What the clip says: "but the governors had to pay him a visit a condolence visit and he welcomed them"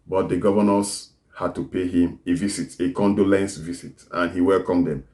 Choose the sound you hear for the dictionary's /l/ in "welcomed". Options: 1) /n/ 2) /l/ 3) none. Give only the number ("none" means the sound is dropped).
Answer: 2